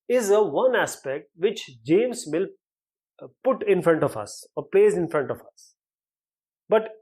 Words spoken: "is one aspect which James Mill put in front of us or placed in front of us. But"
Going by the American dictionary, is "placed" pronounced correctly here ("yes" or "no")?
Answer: no